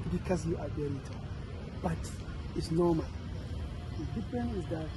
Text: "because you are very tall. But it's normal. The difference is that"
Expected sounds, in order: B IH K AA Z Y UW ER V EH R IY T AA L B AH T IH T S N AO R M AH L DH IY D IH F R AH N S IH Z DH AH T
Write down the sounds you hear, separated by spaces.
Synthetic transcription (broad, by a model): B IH K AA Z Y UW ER B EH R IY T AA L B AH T IH T S N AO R M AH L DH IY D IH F R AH N IH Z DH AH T